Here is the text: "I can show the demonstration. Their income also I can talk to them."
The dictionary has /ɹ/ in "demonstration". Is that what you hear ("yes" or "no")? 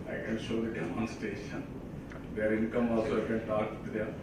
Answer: no